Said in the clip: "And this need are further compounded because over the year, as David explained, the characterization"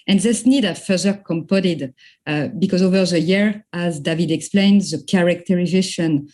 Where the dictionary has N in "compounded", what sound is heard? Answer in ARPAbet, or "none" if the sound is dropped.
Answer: none